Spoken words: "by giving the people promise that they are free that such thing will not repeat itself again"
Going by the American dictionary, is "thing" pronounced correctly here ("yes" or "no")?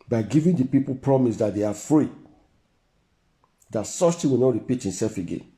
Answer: no